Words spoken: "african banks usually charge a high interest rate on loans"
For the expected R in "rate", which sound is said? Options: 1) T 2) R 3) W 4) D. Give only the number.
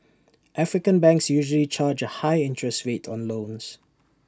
3